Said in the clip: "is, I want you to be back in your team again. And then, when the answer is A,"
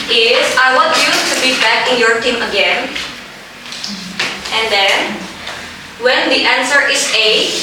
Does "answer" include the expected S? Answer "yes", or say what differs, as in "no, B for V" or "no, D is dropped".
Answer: yes